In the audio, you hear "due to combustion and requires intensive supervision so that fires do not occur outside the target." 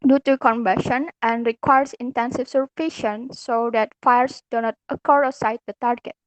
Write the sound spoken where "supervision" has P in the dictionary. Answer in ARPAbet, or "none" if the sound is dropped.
F